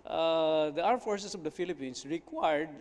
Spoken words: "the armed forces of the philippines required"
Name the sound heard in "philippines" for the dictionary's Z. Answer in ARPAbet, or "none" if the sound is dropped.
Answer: S